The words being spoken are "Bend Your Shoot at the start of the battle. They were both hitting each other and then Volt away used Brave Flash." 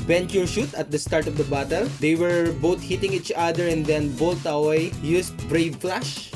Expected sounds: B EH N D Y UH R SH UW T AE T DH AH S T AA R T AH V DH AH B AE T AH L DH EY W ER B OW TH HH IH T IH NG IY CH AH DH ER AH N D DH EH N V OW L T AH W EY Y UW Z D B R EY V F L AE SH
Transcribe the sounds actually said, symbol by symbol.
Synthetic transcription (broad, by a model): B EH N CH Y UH R SH UW T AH T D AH S T AA R T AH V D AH B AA T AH L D EY W ER B OW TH HH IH T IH NG IY CH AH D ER AH N D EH N B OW L T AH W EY Y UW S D B R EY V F L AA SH